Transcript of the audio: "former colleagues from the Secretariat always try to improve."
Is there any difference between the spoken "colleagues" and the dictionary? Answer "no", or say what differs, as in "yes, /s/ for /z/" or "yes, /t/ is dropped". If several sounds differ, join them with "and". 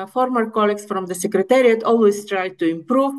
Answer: yes, /s/ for /z/